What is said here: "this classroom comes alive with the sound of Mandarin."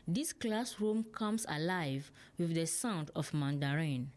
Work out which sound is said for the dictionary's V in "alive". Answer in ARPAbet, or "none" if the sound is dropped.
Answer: V